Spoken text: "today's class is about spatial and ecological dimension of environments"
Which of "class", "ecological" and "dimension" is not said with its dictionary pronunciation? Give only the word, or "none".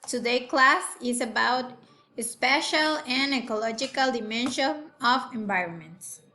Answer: none